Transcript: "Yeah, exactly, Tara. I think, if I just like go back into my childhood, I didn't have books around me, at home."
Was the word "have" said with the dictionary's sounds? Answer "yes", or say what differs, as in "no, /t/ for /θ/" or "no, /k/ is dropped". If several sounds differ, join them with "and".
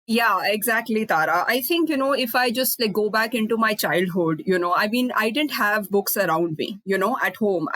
yes